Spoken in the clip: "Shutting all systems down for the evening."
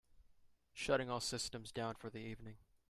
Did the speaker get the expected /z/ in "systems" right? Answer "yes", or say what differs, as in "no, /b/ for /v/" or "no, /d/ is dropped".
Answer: yes